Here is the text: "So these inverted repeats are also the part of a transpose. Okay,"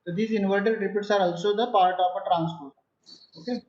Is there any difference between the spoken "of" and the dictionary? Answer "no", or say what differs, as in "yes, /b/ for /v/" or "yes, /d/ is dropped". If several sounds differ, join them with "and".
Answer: yes, /p/ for /v/